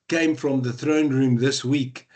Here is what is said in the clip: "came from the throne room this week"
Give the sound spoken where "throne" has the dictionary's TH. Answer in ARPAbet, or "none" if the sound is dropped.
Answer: TH